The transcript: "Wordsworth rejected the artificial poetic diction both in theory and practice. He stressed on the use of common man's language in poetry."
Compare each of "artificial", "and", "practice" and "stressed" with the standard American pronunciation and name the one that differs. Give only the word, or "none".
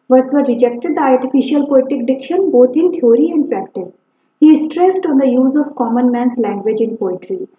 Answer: none